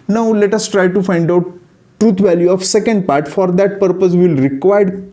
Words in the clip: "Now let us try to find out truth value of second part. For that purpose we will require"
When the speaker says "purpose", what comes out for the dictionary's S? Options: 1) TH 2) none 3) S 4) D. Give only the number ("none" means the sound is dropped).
3